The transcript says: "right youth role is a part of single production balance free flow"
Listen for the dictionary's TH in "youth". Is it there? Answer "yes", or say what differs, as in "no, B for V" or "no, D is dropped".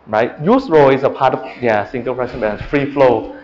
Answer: no, S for TH